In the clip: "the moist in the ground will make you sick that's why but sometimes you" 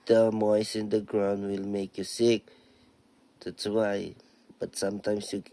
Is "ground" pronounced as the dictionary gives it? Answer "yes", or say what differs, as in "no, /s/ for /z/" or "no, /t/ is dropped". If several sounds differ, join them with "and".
yes